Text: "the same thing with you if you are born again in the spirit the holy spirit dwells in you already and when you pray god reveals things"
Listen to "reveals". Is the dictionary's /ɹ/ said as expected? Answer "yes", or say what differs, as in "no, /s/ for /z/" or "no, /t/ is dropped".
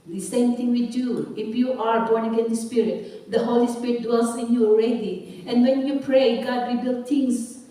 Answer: no, /w/ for /ɹ/